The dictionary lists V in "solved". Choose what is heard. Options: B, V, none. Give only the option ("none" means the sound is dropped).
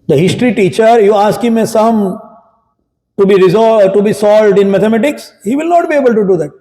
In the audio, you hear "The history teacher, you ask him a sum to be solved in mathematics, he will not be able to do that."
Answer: V